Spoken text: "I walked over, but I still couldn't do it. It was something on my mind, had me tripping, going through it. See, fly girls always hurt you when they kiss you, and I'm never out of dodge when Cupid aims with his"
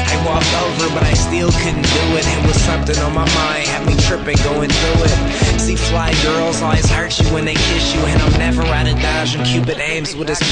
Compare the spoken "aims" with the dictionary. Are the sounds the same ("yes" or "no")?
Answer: yes